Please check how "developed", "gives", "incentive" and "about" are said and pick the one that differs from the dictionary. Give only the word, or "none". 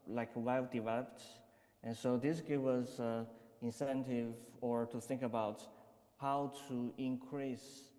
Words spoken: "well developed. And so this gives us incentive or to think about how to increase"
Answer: gives